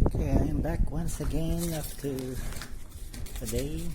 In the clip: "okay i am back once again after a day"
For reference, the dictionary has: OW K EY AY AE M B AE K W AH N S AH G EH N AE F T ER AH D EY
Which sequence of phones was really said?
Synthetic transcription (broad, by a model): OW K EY AY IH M B AE K W AH N S AH G EH N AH P T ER AH D EY